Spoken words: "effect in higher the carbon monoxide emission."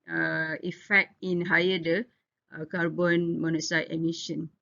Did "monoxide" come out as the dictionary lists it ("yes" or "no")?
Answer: no